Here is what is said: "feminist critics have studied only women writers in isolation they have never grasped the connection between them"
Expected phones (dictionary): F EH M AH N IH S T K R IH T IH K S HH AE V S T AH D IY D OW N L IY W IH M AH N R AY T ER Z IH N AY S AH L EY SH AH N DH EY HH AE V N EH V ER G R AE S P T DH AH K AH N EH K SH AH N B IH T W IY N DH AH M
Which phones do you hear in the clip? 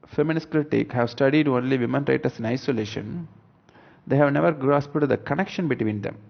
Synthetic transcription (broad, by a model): F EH M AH N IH S K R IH T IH K HH AE V S T AH D IY D OW N L IY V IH M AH N R AY T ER S IH N AY S AH L EY SH AH N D EY HH AE V N EH V ER G R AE S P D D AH K AH N EH K SH AH N B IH T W IY N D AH M